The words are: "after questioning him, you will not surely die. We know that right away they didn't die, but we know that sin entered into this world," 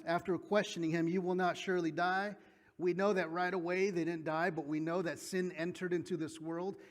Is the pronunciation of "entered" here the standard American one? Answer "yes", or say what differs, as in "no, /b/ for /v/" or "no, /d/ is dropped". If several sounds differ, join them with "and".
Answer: yes